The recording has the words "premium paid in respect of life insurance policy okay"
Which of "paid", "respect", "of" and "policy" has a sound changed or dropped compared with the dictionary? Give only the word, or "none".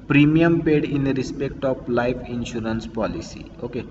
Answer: of